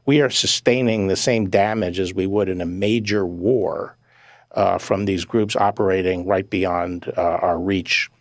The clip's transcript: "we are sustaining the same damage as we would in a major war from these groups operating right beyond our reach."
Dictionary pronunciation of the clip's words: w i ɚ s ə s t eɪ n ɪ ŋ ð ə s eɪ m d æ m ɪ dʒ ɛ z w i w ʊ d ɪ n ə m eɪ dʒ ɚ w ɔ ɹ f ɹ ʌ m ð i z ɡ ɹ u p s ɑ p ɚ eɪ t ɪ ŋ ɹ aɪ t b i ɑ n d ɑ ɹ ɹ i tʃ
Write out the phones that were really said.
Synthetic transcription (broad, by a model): w i ɚ s ə s t eɪ n ɪ ŋ ð ə s eɪ m d æ m ɪ dʒ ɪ z w i w ʊ d ɪ n ə m eɪ dʒ ɚ w ɔ ɹ f ɹ ʌ m ð i z ɡ ɹ u p s ɑ p ɚ eɪ t ɪ ŋ ɹ aɪ t b i ɑ n d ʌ ɹ ɹ i tʃ